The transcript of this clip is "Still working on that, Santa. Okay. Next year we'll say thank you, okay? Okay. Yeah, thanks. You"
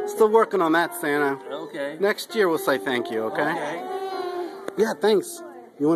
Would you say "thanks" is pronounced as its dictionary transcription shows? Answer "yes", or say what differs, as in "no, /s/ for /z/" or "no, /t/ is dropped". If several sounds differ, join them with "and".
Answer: yes